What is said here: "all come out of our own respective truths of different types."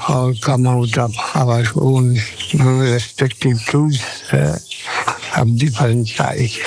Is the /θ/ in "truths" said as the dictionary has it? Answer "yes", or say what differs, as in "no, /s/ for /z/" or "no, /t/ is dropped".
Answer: no, /s/ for /θ/